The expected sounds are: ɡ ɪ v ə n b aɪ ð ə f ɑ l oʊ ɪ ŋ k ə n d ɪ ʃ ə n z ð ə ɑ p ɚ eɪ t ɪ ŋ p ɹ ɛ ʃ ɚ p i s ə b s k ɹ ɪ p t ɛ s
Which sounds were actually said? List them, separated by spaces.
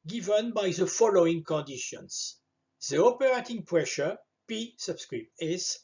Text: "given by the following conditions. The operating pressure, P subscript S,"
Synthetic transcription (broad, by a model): ɡ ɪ v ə n b aɪ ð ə f ɑ l oʊ ɪ ŋ k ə n d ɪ ʃ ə n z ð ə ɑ p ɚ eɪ t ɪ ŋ p ɹ ɛ ʃ ɚ p i s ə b s k ɹ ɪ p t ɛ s